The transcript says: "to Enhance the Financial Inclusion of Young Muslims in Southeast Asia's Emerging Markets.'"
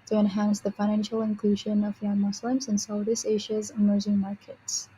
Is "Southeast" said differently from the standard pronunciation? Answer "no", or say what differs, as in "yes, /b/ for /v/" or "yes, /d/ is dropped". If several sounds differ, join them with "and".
yes, /t/ is dropped